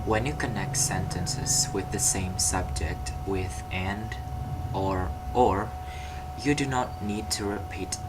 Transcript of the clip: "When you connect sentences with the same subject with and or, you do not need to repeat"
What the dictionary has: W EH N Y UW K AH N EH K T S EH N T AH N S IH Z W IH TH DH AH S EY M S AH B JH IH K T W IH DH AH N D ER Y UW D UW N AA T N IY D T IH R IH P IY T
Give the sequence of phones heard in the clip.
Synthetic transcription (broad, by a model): W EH N Y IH K AH N EH K T S EH N T AH N S IH Z W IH DH AH S EY M S AH B JH IH K T W IH DH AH N D ER Y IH D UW N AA T N IY D T IH R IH P IY T